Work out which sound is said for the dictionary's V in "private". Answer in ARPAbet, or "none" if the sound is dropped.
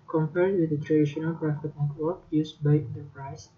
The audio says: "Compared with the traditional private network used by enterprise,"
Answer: F